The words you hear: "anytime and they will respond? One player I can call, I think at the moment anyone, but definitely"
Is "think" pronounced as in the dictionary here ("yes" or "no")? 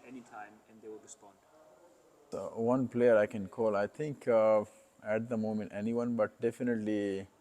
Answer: no